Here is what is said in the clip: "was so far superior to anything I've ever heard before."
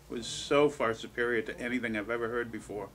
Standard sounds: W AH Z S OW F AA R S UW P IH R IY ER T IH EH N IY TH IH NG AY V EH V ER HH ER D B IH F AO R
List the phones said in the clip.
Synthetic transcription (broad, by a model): W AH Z S OW F AA R S UW P IH R IY ER T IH EH N IY TH IH NG AY V EH V ER HH ER D B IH F AO R